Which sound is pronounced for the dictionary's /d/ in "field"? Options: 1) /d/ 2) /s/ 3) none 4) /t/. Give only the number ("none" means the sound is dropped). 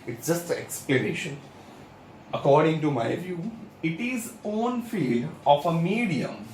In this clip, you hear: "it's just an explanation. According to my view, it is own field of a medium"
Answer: 1